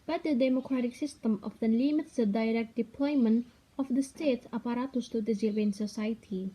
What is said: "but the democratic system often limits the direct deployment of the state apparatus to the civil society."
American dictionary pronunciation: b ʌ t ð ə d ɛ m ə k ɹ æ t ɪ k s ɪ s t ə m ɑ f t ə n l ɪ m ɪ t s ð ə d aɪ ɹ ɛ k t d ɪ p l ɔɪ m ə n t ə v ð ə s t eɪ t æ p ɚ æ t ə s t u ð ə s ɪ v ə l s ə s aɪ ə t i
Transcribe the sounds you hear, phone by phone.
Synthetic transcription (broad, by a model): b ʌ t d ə d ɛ m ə k ɹ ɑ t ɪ k s ɪ s t ə m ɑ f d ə n l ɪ m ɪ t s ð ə d aɪ ɹ ɛ k t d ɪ p l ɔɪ m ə n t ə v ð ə s t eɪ t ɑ p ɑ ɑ t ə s t u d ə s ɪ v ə n s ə s aɪ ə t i